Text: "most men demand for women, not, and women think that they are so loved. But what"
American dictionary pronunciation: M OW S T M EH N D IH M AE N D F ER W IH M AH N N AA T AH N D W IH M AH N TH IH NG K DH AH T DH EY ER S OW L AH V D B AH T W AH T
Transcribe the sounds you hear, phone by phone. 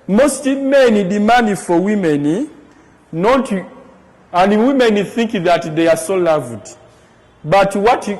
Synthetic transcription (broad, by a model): M OW S T M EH N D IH M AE N D F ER W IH M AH N N AA T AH N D W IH M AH N TH IH NG K DH AH T DH EY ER S OW L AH V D B AH T W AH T